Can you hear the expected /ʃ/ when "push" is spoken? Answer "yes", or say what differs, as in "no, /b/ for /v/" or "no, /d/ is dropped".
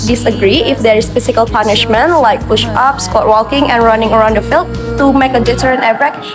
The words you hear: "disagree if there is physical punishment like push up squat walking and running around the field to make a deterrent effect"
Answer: yes